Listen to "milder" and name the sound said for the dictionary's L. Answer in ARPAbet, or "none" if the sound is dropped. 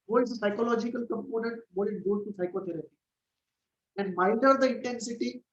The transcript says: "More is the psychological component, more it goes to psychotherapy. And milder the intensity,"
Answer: none